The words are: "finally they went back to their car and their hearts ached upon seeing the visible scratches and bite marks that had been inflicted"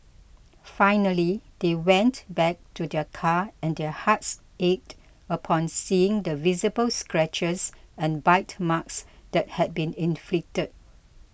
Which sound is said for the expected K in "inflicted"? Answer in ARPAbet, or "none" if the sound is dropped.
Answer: K